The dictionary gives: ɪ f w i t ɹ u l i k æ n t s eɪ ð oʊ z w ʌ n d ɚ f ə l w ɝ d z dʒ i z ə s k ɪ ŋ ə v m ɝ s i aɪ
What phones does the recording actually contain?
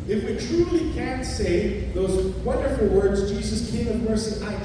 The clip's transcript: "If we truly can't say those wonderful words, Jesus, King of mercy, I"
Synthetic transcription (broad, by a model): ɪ f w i t ɹ u l i k æ n t s eɪ ð oʊ z w ʌ n d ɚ f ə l w ɝ d z dʒ i z ə s k ɪ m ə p ɝ s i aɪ